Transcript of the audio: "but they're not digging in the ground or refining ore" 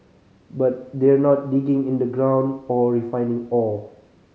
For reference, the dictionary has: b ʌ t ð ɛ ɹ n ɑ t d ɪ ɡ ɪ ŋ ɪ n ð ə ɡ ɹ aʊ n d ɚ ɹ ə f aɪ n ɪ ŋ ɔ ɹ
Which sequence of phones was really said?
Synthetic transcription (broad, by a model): b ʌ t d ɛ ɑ n ɑ t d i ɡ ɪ ŋ ɪ n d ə ɡ ɹ aʊ n d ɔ ɹ ə f aɪ n ɪ ŋ ɔ l